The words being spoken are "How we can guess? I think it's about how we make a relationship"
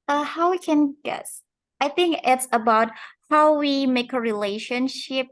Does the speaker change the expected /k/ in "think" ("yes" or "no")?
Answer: no